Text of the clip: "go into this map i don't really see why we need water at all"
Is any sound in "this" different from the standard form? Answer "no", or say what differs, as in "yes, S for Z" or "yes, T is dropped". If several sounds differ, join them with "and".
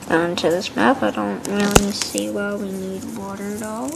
no